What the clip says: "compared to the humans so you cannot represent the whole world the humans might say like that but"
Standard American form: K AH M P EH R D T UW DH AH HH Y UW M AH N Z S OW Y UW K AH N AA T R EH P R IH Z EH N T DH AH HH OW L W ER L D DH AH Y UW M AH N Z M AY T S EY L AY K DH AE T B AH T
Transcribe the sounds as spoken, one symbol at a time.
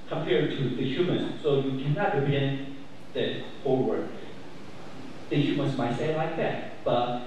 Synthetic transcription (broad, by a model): K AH M P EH R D T UW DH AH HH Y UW M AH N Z S OW Y UW K AH N AA T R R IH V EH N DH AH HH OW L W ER D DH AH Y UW M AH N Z M AY T S EY L AY K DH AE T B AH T